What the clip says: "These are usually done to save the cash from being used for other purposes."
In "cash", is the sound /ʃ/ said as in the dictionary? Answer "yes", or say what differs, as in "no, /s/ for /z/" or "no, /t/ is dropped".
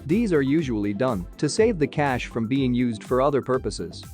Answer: yes